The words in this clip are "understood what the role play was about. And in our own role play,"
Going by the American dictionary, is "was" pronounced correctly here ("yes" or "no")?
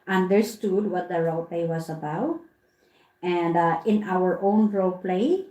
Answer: no